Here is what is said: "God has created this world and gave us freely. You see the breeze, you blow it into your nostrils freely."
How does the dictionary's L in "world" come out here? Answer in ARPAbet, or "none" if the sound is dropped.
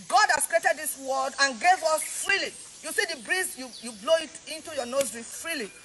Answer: none